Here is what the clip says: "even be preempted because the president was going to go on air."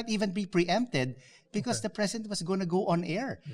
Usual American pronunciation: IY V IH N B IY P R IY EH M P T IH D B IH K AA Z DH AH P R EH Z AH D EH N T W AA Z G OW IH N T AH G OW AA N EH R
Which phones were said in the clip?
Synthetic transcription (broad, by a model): IY V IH N B IY P R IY EH M P T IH D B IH K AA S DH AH P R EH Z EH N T W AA S G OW N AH G OW AA N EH R